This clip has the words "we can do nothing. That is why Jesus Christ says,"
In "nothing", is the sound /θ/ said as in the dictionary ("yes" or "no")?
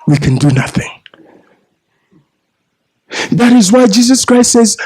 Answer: yes